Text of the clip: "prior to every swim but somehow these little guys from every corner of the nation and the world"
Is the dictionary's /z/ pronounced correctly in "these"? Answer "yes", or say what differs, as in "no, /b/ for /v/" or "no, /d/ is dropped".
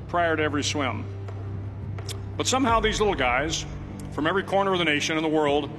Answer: yes